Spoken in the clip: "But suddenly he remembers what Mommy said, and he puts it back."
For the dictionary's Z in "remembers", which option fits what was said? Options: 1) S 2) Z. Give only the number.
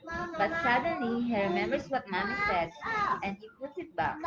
1